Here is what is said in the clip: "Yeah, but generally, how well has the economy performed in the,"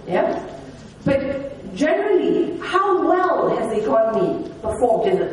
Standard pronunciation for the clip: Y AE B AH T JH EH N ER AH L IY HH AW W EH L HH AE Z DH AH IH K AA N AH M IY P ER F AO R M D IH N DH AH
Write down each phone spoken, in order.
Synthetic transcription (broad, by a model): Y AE B AH T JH EH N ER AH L IY HH AW W EH L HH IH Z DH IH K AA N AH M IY B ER F AO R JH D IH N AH